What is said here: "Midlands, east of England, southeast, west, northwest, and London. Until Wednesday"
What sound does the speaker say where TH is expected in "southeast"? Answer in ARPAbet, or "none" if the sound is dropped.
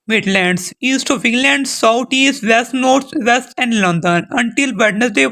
T